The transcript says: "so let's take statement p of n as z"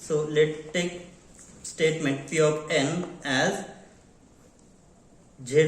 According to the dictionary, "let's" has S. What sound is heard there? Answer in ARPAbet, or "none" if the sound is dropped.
none